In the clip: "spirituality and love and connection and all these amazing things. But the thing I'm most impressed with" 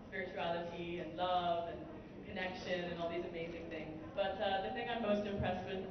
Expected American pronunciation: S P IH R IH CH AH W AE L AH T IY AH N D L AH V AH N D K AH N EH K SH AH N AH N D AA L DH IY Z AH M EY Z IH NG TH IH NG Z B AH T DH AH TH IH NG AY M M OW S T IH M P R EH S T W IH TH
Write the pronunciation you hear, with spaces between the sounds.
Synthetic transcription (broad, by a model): S P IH R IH CH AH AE L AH T IY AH N L AH V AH N K AH N EH K SH AH N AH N AA L DH IY Z AH M EY Z IH NG TH IH NG Z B AH T DH AH TH IH NG AY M M OW S T IH M P R EH S T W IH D